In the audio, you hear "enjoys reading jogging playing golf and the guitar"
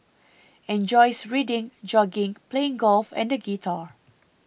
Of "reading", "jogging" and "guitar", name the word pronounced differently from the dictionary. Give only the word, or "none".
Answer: none